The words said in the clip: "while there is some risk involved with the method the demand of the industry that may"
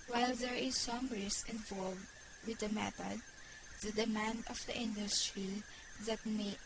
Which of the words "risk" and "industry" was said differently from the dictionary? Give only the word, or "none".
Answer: risk